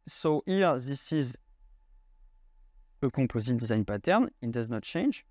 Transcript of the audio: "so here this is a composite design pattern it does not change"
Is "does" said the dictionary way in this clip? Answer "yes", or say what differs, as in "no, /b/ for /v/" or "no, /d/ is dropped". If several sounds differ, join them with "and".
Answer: yes